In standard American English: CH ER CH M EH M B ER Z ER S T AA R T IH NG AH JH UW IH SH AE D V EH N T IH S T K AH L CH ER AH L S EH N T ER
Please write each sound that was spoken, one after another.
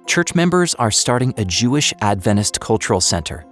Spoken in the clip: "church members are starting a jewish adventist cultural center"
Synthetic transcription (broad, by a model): CH ER CH M EH M B ER Z ER S T AA R T IH NG AH JH UW IH SH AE D V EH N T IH S T K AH L CH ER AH L S EH N T ER